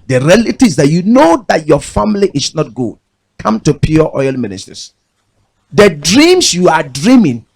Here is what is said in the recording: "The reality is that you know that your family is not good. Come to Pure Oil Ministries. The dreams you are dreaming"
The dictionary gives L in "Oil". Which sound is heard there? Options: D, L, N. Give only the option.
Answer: L